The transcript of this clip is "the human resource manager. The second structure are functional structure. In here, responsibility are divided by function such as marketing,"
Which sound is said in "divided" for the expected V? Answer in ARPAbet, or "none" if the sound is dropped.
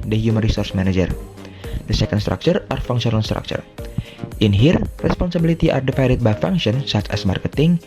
F